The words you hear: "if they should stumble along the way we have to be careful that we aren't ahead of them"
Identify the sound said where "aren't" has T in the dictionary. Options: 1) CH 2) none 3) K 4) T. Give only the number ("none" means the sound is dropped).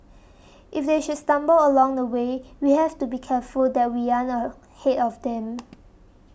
2